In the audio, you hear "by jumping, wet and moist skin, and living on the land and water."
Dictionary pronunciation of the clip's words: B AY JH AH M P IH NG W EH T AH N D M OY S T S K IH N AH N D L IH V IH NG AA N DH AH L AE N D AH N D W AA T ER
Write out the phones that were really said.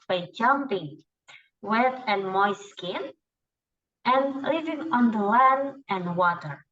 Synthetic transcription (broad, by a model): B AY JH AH M P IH NG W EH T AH N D M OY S S K IH N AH N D L IH V IH NG AA N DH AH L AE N AH N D W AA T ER